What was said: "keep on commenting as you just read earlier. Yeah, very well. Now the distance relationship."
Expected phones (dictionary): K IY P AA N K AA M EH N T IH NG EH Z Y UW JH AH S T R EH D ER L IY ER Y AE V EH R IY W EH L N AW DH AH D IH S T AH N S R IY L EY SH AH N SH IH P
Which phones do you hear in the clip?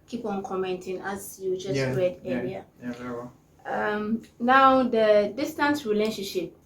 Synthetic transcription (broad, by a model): K IY P AA N K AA M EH N T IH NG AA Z Y UW JH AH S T R EH D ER IY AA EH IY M N AW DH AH D IH S T AH N S R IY L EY SH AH N SH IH P